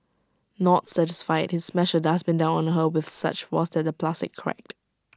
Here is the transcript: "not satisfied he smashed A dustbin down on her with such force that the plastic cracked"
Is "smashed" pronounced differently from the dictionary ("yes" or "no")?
yes